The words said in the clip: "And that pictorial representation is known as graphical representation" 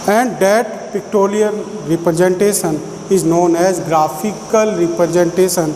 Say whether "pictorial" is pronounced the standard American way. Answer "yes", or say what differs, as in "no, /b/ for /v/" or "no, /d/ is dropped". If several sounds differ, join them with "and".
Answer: no, /l/ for /ɹ/ and /n/ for /l/